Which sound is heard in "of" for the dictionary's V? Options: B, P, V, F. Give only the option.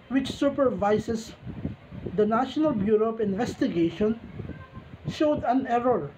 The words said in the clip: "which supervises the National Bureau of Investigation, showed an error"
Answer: P